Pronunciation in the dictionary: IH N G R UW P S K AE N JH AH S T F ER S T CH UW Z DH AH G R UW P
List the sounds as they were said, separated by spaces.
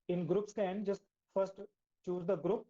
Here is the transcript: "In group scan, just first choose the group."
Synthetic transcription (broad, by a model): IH N G R UW P S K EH N JH AH S T F ER S T CH UW Z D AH G R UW P